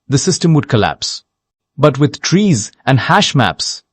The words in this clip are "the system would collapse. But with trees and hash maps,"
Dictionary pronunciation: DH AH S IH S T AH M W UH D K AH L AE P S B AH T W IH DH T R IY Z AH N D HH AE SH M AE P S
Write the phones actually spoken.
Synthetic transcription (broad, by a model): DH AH S IH S T AH M W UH D K AH L AE P S B AH T W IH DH T R IY Z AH N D HH AE SH M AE P S